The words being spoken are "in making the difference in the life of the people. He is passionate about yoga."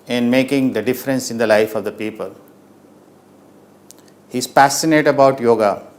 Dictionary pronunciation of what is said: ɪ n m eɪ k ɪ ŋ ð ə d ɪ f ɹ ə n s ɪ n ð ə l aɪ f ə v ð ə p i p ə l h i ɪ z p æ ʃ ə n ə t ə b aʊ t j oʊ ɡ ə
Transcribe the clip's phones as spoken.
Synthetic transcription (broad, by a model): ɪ n m eɪ k ɪ ŋ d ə d ɪ f ɹ ə n s ɪ n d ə l aɪ f ə v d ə p i p ə l h i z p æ s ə n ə t ə b aʊ t j oʊ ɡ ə